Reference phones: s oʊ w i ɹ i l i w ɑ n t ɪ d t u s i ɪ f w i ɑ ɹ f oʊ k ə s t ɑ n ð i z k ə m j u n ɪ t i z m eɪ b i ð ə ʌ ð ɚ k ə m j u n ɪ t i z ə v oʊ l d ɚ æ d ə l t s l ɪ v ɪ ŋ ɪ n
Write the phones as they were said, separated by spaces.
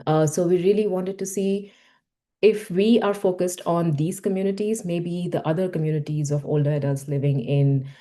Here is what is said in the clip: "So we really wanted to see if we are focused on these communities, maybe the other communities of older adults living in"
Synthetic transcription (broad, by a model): s oʊ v i ɹ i l i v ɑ n t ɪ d t u s i ɪ f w i ɑ ɹ f oʊ k ə s t ɑ n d i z k ə m j u n ɪ t i z m eɪ b i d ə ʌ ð ɚ k ə m j u n ɪ t i z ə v oʊ l d ɚ æ d ə l t s l ɪ v ɪ ŋ ɪ n